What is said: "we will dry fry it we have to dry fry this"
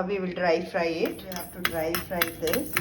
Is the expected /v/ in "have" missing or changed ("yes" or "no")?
yes